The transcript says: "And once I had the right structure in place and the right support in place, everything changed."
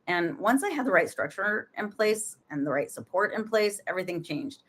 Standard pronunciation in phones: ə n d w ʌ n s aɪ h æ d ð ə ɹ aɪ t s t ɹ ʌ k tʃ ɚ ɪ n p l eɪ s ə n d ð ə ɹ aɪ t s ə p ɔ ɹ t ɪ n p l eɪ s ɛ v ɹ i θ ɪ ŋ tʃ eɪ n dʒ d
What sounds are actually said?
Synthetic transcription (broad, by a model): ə n w ʌ n s aɪ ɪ d ð ə ɹ aɪ t s t ɹ ʌ k tʃ ɚ ɪ n p l eɪ s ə n ð ə ɹ aɪ t s ə p ɔ ɹ t ɪ n p l eɪ s ɛ v ɹ i θ ɪ ŋ tʃ eɪ n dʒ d